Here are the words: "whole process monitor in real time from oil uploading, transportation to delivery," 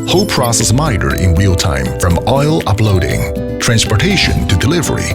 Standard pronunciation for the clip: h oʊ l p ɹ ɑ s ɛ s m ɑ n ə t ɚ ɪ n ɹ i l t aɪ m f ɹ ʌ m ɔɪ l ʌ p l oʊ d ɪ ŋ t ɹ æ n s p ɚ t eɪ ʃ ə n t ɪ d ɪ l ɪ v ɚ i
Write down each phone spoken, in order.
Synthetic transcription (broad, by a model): h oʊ p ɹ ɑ s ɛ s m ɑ ə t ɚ ɪ n w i l t aɪ m f ɹ ʌ m ɔɪ l ʌ p l oʊ d ɪ ŋ t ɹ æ n s p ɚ t eɪ ʃ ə n t ɪ d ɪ l ɪ v ɚ i